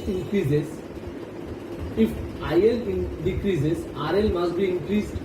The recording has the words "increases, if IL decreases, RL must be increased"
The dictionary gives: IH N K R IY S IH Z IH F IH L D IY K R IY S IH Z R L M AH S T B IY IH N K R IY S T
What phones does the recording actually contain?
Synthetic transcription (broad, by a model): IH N K R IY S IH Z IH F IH N D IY K R IY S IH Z R L M AH S T B IY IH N K R IY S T